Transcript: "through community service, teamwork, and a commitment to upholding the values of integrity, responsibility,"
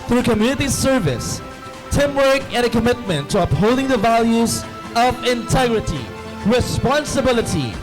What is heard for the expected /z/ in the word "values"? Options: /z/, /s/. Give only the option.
/z/